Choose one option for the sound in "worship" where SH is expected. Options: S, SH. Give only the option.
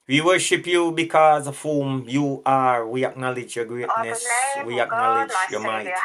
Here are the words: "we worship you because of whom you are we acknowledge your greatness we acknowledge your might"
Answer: SH